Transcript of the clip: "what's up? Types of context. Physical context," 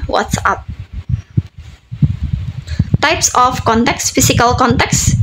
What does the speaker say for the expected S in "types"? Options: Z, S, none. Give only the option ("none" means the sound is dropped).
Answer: S